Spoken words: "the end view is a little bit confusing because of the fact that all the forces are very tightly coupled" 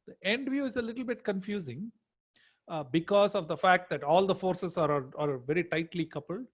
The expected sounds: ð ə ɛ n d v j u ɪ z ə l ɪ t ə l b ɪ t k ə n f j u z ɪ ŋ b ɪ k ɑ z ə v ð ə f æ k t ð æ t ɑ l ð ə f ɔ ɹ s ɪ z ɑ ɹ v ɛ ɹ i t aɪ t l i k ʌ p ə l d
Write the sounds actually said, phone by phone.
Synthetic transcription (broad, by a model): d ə ɛ n d v j u ɪ z ə l ɪ t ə l b ɪ t k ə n f j u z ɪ ŋ b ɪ k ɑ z ə v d ə f æ k t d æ t ɑ l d ə f ɔ ɹ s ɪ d ɑ ɹ v ɛ ɹ i t aɪ t l i k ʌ p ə l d